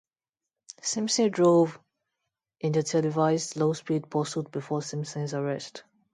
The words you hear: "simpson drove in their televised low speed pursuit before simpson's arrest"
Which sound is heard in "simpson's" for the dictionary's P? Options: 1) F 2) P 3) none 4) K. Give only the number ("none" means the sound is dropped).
3